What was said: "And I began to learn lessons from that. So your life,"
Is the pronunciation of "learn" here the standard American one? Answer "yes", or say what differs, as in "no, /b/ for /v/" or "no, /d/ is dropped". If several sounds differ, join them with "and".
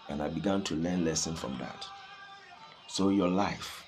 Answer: yes